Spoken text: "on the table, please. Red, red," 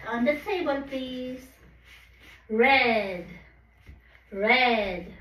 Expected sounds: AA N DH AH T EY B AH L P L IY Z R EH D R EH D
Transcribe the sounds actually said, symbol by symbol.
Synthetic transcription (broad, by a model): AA N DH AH T EY B AH L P IY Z R EH D R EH D